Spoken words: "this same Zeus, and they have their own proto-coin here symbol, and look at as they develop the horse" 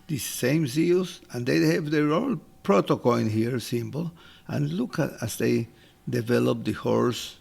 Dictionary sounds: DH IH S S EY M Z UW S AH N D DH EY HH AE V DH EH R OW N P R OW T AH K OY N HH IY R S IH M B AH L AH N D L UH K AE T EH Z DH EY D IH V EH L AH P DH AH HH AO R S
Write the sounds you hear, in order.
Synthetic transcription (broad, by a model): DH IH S S EY M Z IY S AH N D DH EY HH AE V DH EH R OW L P R OW T AH K OY N HH IY R S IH M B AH L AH N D L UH K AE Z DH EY D IH V EH L AH P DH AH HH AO R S